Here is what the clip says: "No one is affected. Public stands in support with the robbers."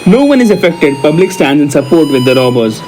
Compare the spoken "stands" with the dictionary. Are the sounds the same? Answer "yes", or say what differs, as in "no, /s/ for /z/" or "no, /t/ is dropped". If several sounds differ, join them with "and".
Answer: no, /z/ is dropped